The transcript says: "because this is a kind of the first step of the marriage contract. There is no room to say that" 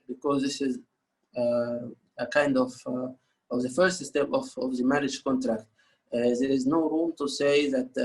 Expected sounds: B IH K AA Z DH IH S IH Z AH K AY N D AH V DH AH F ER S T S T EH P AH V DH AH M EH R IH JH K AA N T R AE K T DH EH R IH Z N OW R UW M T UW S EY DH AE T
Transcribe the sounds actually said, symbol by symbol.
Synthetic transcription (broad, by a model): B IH K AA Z DH IH S IH Z AH K AY N D AH V DH AH F ER S T S T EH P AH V DH AH M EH R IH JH K AA N T R AE K T DH EH R IH Z N OW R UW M T UW S EY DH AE T